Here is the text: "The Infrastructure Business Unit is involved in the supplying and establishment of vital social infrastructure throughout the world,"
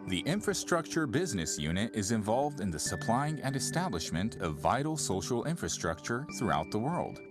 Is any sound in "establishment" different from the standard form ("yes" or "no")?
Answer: no